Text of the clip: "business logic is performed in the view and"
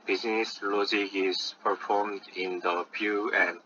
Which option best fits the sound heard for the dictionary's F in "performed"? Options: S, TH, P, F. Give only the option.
F